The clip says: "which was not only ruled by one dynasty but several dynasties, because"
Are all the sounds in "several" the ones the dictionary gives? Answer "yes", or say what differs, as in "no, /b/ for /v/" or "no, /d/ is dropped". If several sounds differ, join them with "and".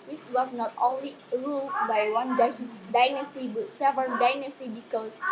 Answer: no, /ɹ/ is dropped